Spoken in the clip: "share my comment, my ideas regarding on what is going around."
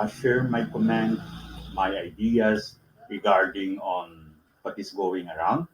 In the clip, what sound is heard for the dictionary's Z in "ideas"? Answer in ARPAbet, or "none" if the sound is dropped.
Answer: S